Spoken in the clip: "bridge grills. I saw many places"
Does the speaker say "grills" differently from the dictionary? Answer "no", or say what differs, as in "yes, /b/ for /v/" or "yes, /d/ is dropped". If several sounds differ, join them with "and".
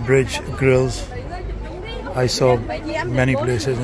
no